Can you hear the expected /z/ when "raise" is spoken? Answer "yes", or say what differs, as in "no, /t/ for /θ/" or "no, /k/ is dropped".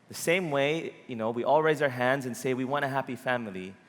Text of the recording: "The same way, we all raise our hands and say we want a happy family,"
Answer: yes